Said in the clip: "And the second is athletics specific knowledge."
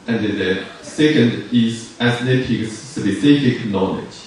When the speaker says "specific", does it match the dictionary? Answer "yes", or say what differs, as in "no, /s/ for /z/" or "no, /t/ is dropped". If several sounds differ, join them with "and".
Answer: no, /b/ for /p/